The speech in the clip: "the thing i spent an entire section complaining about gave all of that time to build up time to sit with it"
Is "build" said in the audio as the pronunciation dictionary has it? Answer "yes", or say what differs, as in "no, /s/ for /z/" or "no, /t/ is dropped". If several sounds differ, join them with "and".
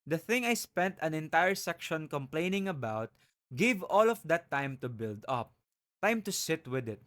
yes